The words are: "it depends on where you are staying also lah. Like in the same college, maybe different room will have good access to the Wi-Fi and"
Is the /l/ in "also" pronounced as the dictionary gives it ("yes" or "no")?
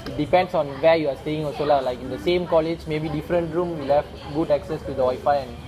no